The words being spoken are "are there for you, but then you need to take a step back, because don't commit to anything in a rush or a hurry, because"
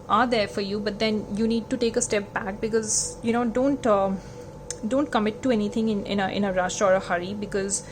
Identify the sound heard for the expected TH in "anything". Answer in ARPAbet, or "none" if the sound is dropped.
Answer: T